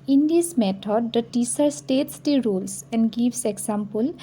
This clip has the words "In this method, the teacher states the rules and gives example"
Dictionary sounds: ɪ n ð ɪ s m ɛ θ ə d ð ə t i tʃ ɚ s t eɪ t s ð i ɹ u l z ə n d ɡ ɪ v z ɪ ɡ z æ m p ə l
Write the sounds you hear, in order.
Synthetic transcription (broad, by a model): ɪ n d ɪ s m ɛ t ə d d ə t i s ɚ s t eɪ t s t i ɹ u l s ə n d ɡ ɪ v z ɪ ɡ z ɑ m p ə l